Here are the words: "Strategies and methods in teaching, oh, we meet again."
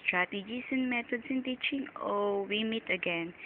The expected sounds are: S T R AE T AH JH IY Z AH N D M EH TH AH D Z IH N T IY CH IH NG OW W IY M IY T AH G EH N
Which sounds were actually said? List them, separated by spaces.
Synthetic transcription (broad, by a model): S T R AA T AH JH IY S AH N M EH T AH D S IH N T IY CH IH NG OW W IY M IY T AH G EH N